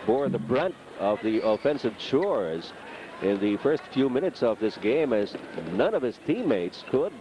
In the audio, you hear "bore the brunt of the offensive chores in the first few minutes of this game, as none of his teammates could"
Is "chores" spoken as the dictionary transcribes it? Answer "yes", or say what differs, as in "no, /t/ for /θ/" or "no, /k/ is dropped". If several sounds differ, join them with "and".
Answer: yes